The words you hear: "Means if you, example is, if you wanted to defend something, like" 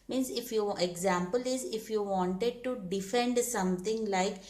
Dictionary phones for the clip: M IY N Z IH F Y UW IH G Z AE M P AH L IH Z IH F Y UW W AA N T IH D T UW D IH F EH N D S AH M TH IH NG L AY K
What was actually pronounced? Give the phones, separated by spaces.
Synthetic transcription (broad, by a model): M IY N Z IH F Y UW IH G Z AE M P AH L IH Z IH F Y UW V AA N T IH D T UW D IH F EH N D S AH M T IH NG L AY K